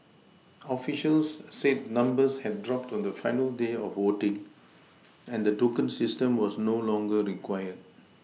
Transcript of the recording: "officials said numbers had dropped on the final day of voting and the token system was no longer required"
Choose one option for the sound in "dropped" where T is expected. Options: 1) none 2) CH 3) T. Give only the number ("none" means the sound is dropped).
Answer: 3